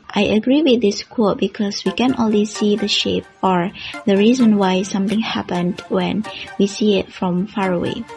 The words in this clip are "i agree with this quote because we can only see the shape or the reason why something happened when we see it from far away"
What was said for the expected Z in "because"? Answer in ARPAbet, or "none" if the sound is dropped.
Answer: S